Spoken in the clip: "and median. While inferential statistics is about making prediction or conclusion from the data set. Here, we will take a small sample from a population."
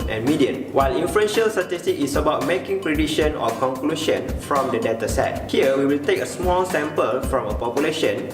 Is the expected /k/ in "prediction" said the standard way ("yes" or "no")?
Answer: no